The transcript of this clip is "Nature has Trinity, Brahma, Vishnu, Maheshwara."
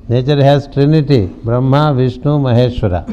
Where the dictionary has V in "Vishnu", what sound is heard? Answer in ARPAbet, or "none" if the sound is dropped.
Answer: V